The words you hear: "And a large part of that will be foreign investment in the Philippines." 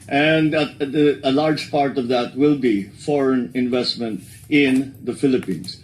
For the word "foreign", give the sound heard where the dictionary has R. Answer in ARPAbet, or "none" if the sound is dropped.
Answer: R